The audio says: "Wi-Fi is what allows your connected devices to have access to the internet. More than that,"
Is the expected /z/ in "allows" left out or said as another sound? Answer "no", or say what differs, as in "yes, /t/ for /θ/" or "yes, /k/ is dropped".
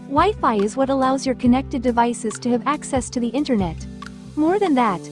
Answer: no